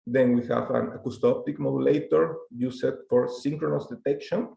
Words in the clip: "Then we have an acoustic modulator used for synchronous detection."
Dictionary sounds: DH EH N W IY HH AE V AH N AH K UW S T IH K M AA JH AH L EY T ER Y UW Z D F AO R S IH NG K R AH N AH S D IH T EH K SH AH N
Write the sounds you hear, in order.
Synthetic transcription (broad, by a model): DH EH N W IY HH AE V AH N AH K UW S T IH K M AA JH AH L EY T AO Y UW S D F AO R S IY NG K R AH N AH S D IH T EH K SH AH N